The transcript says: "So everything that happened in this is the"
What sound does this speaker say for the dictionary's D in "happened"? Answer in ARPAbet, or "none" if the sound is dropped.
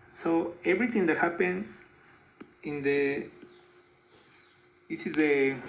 none